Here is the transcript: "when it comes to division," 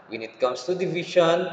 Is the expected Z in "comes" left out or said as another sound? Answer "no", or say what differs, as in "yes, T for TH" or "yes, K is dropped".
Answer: yes, S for Z